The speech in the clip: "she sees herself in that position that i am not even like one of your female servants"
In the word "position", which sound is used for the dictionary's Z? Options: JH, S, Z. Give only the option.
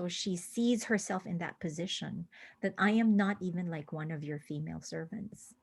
Z